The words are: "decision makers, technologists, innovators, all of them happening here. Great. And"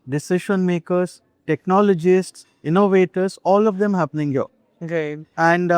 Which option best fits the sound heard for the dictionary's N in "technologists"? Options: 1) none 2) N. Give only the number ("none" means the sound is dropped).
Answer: 2